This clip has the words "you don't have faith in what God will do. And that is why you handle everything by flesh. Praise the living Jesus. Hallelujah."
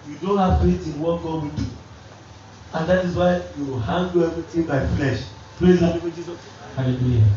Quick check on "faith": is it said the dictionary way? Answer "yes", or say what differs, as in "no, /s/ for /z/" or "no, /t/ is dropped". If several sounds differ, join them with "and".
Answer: no, /t/ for /θ/